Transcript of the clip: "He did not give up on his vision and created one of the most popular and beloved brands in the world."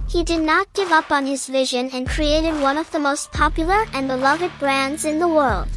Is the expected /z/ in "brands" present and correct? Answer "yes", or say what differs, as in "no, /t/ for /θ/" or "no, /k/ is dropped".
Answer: yes